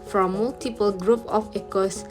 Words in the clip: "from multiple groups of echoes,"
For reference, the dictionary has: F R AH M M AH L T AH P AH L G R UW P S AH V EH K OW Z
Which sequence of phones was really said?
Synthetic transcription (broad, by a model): F R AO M M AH L T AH P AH L G R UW P AH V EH K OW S